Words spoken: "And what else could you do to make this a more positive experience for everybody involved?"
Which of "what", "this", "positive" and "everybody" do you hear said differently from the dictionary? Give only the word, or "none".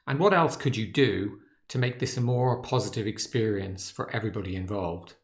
none